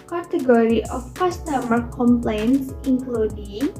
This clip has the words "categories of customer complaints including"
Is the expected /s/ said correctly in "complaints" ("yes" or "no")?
yes